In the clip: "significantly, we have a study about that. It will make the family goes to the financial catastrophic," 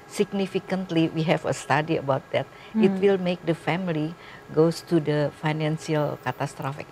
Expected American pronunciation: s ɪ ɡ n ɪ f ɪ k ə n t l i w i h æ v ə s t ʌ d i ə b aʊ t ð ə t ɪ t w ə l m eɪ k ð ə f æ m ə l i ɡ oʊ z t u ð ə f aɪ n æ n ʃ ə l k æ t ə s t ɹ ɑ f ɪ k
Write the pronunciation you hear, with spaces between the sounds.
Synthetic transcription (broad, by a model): s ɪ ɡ n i f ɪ k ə n t l i w i h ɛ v ə s t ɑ d i ə b aʊ t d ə t ɪ t w ə l m eɪ k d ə f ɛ m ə l i ɡ oʊ s t u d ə f aɪ n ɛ n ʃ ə l k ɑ t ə s t ɹ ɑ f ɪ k